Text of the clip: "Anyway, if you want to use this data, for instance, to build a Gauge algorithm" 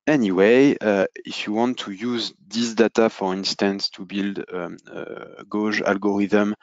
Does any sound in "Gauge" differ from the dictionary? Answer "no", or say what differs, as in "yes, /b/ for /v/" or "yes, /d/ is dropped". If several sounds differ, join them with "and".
yes, /ʒ/ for /dʒ/